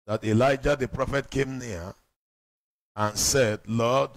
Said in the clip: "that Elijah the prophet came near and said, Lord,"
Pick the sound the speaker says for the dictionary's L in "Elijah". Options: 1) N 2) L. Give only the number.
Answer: 2